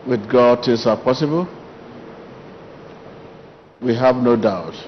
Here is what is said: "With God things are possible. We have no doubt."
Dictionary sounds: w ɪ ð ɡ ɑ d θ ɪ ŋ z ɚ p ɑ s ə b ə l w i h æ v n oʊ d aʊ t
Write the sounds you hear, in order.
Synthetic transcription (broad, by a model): w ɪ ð ɡ ɑ d t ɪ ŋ s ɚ p ɑ s ə b ə l w i h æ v n oʊ d aʊ t